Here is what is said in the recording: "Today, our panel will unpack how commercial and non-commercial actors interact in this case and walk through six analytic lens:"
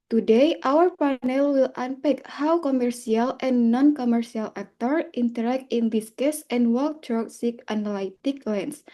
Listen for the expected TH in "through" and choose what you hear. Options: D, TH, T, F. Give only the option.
T